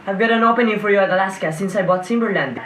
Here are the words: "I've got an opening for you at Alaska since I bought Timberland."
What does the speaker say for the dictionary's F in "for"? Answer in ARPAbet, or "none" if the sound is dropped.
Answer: F